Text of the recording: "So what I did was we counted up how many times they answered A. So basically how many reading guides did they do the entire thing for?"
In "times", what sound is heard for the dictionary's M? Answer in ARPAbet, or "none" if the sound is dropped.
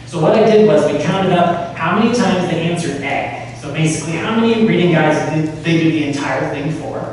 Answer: M